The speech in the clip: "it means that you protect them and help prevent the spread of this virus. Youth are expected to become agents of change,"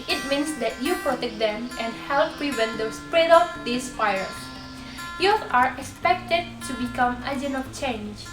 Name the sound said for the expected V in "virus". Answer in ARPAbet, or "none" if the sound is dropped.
F